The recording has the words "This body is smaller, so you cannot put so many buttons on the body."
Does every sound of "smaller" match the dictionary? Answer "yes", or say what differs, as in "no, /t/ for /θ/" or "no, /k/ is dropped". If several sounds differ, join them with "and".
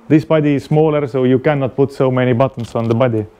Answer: yes